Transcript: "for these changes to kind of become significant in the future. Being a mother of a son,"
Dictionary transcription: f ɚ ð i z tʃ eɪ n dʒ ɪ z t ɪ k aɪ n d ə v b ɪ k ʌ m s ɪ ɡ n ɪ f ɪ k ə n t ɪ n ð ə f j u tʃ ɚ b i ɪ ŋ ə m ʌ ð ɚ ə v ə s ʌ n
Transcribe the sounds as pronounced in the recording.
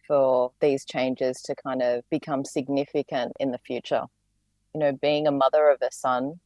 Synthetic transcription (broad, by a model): f ɚ ð i z tʃ eɪ n dʒ ɪ z t ɪ k aɪ n d ə v b ɪ k ʌ m s ɪ ɡ n ɪ f ɪ k ə n t ɪ n ð ə f j u tʃ ɚ b i ɪ ŋ ə m ʌ ð ɚ ə v ə s ʌ n